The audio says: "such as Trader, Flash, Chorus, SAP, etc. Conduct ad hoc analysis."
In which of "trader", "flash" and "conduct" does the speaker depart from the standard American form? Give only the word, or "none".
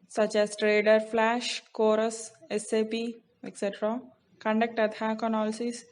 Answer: none